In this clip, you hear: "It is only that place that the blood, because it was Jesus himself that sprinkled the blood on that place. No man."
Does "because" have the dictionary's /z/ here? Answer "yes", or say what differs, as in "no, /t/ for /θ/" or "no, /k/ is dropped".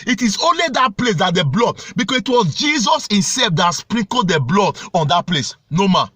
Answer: no, /s/ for /z/